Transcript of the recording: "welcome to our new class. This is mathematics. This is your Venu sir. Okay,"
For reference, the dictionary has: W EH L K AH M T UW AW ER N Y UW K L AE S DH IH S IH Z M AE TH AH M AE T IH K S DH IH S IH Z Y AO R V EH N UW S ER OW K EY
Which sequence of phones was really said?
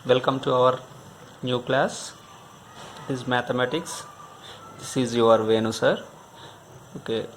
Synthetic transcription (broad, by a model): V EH L K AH M T UW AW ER N Y UW K L AE S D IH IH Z M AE T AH M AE T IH K S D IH S IH Z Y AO R V EH N UW S ER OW K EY